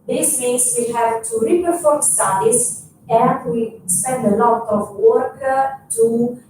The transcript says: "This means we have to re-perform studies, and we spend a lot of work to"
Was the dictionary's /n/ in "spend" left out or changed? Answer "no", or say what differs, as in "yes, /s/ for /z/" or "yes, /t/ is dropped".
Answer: no